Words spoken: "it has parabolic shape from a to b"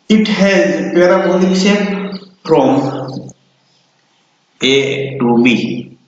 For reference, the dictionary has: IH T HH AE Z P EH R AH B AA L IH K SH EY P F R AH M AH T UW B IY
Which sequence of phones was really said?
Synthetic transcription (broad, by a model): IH T HH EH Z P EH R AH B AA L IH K S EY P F R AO M AH T UW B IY